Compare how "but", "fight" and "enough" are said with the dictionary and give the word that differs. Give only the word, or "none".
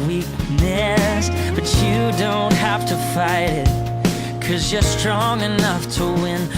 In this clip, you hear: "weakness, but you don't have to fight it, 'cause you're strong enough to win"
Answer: none